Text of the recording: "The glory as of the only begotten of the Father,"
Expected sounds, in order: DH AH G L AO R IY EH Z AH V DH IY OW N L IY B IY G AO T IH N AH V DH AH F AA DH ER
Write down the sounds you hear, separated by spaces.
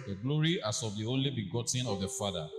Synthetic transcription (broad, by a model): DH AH G L AO R IY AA S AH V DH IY OW N L IY B IY G AO T IH N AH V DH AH F AA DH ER